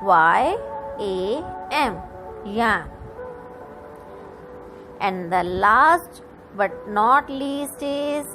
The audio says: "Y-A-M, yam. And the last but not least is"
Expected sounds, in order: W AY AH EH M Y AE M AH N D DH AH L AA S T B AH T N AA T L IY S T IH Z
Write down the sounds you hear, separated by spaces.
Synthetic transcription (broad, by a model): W AY AH EH M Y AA AH N D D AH L AA S T B AH T N AA T L IY S T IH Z